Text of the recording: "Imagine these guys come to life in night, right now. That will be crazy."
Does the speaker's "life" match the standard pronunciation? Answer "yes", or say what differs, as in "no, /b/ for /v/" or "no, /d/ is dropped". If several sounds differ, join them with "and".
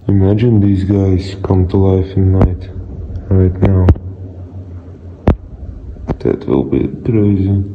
yes